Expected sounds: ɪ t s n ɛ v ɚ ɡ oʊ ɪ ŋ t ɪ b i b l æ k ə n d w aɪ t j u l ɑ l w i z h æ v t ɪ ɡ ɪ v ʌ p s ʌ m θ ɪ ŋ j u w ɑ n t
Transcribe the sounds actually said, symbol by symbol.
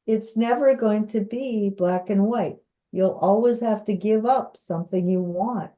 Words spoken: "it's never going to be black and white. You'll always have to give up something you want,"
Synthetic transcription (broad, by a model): ɪ t s n ɛ v ɚ ɡ oʊ ɪ ŋ t ɪ b i b l æ k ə n w aɪ t j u l ɑ l w i z h æ f t ɪ ɡ ɪ v ʌ p s ʌ m θ ɪ ŋ j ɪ w ɑ n t